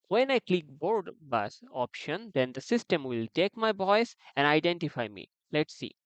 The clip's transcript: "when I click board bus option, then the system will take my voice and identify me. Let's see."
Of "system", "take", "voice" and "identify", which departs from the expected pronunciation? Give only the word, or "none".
voice